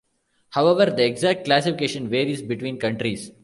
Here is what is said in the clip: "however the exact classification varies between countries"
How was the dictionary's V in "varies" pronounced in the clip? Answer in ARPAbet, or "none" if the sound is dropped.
V